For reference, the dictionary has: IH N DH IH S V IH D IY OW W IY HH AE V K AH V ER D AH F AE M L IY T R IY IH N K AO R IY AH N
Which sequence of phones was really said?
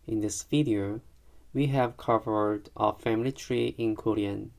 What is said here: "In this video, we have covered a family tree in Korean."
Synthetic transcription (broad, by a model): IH N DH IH S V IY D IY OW W IY HH AE V K AH V ER D AH F AE M L IY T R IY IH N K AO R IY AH N